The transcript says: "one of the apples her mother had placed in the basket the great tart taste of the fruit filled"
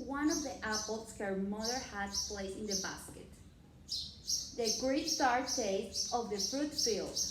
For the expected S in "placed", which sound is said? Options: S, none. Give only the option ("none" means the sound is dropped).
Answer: none